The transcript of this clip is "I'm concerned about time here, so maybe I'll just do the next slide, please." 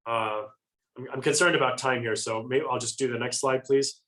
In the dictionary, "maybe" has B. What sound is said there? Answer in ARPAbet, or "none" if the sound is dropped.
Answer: none